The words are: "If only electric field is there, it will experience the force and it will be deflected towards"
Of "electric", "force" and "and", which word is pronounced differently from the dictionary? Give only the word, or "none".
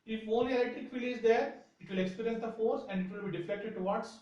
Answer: electric